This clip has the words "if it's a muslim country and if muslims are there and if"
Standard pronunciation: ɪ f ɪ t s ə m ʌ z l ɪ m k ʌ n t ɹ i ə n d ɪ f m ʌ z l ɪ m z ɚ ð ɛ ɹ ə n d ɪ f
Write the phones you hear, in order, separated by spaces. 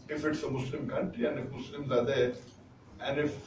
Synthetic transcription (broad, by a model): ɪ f ɪ t s ə m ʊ s l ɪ m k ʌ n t i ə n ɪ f m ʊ s l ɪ m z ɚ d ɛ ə n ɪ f